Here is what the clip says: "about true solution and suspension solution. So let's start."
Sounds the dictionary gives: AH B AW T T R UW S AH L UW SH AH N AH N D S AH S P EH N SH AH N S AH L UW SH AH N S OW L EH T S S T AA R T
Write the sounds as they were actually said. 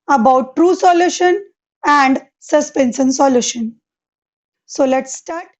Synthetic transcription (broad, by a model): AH B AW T T R UW S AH L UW SH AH N AH N D S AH S P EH N S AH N S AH L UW SH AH N S OW L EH T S S T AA R T